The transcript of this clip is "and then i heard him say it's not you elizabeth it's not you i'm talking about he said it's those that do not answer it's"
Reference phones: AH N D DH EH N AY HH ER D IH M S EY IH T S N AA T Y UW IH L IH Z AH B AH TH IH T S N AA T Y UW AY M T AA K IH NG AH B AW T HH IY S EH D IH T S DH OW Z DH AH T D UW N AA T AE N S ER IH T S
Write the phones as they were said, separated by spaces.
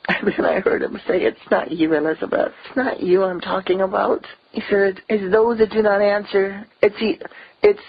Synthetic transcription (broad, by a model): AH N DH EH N AY HH ER D IH M S EY IH T S N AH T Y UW IH L IH Z AH B AH TH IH T S N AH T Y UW AY M T AA K IH NG AH B AW T HH IY S EH D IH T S DH OW Z DH AH T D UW N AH T AE N S ER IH T S